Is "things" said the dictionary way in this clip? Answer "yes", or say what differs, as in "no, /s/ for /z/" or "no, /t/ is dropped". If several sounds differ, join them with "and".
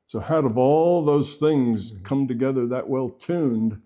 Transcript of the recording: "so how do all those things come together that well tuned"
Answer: yes